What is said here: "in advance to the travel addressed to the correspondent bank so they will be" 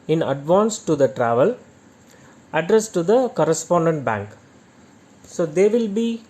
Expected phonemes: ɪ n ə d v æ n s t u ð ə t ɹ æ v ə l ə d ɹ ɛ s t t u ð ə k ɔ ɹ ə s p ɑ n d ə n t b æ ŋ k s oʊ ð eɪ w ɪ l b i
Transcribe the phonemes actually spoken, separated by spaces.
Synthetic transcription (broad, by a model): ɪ n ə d v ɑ n s t u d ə t ɹ æ v ə l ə d ɹ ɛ s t t u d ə k ɔ ɹ ə s p ɑ n d ə n t b æ ŋ k s oʊ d eɪ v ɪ l b i